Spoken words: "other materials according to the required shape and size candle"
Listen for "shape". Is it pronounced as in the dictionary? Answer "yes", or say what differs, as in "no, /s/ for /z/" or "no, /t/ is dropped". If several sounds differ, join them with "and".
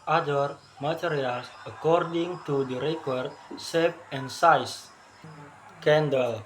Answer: no, /s/ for /ʃ/